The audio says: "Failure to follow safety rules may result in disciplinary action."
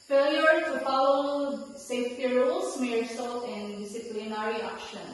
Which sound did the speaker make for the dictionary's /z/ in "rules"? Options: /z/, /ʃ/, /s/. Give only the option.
/s/